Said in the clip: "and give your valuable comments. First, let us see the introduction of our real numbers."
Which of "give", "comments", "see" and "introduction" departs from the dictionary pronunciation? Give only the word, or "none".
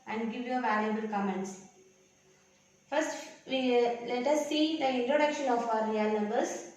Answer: none